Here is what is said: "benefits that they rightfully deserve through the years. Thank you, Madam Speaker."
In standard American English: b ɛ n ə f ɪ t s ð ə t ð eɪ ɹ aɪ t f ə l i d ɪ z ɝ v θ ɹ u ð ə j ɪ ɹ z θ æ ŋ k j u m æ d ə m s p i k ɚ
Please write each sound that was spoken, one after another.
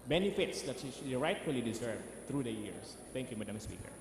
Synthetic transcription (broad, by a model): b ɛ n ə f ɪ t s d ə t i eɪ ɹ aɪ t f ə l i d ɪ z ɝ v t ɹ u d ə j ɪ ɹ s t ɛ ŋ k j u m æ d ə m s p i k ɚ